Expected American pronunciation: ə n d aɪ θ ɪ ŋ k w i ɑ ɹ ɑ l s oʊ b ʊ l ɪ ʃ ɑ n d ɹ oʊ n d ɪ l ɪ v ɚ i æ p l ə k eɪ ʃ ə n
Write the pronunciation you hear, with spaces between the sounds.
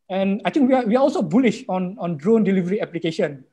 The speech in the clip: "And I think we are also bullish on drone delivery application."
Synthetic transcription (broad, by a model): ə n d aɪ t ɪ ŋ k w i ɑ w ɑ l s oʊ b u l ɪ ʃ ɑ n d ɹ oʊ n d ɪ l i v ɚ i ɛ p l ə k eɪ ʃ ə n